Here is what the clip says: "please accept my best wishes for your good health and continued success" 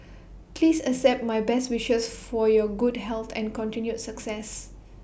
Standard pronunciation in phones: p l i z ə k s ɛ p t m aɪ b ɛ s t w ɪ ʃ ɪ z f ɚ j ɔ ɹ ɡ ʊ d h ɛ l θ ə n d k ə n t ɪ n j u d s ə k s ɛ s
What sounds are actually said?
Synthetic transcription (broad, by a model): p l i s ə s ɛ p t m aɪ b ɛ s t w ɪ ʃ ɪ s f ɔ j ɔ ɡ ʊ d h ɛ l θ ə n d k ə n t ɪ n j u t s ə k s ɛ s